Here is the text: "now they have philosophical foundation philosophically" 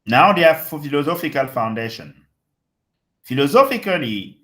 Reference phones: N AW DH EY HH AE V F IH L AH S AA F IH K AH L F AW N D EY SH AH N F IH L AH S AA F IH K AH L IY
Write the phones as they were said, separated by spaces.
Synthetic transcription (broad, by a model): N AW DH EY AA F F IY L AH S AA F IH K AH L F AW N D EY SH AH N F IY L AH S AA F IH K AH L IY